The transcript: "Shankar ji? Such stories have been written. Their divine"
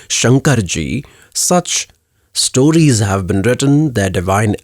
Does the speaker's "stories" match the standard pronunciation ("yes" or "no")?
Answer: yes